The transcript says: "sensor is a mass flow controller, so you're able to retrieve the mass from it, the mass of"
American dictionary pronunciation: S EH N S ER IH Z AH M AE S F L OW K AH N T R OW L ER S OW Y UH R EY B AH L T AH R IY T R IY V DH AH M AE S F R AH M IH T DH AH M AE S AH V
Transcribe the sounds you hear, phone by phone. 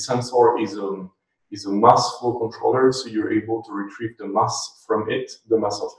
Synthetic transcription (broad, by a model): S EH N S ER IH Z AH M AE S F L K AH N T R OW L ER S OW Y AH R EY B AH L T AH R IY T R IY V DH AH M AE S F R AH M IH T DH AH M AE S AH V